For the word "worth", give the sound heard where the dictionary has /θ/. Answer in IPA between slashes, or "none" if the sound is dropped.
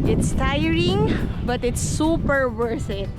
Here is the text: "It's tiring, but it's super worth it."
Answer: /s/